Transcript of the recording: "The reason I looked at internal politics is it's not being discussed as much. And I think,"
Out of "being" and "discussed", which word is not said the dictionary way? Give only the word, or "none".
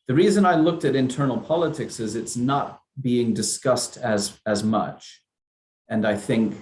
none